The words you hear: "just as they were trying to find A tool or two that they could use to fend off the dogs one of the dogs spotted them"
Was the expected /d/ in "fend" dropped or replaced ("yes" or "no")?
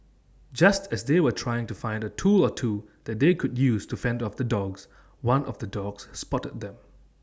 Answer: no